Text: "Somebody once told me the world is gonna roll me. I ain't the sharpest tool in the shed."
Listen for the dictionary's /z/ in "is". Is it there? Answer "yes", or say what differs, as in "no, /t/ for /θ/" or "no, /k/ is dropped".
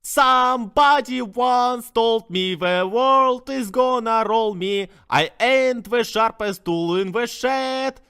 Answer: yes